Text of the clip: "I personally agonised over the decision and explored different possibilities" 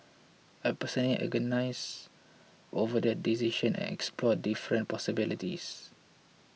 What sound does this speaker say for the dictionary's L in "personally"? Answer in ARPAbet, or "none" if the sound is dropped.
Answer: none